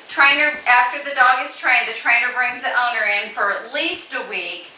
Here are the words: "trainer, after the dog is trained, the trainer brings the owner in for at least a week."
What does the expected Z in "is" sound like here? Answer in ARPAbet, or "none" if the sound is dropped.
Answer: S